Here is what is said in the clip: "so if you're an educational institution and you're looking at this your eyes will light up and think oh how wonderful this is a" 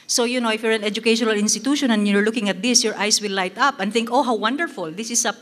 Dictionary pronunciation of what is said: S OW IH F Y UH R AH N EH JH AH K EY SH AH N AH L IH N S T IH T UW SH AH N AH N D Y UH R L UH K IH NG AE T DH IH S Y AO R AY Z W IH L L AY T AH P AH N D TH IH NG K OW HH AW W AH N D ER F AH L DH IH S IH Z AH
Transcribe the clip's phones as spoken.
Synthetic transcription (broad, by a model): S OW IH F Y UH R AH N EH JH AH K EY SH AH N AH L IH N S T IH T UW SH AH N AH N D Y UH R L UH K IH NG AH T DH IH S Y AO R AY S W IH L L AY T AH P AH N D TH IH NG K OW HH AW W AH N D ER F AH L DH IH S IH S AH